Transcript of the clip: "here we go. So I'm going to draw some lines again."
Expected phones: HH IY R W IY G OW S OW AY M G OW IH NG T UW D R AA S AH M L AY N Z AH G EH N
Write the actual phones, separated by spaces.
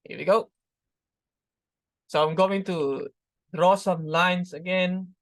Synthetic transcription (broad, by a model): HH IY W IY G OW S OW AY M G OW IH NG T UW D R AA S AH M L AY N S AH G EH N